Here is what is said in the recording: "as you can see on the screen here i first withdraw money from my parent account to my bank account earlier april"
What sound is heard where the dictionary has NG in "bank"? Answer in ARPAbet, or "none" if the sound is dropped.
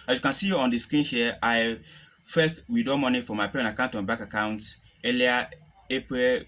none